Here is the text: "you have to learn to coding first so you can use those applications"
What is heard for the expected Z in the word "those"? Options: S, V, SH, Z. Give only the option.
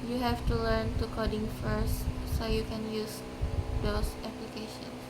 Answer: S